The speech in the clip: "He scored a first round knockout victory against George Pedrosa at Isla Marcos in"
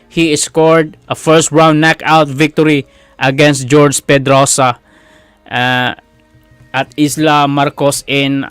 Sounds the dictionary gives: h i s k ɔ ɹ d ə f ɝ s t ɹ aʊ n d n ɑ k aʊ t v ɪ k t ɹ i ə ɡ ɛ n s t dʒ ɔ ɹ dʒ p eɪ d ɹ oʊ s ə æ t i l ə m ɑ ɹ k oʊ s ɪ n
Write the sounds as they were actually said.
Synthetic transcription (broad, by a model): h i s k ɔ ɹ d ə f ɝ s t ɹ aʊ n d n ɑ k aʊ t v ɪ k t ɹ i ə ɡ ɛ n s t dʒ ɔ ɹ dʒ p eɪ d ɹ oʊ s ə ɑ t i l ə m ɑ ɹ k oʊ s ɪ n